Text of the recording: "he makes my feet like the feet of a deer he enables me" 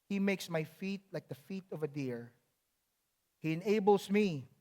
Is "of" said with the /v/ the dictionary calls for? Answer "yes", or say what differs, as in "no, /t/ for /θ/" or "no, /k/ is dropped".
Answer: yes